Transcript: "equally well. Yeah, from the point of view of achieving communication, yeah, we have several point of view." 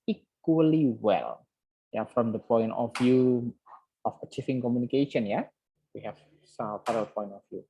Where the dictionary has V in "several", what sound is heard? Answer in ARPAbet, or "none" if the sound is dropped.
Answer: P